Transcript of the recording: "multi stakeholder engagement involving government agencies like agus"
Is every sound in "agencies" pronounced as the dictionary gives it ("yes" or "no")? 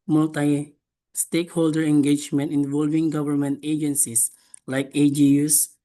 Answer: no